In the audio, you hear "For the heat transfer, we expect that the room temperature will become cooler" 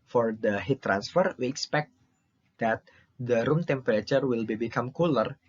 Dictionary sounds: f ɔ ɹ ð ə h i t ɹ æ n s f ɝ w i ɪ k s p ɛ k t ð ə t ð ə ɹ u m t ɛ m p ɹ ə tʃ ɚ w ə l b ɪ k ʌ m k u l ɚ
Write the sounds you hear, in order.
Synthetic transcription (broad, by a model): f ɔ ɹ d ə h i t ɹ æ n s f ɝ w i ɪ k s p ɛ k t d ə t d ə ɹ u m t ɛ m p ɹ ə tʃ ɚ w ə l b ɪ k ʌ m k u l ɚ